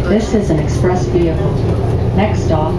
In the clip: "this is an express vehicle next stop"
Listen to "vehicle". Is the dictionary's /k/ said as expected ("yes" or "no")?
no